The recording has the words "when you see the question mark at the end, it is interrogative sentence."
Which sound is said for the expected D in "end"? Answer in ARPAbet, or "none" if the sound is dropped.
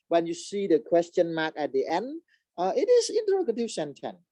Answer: D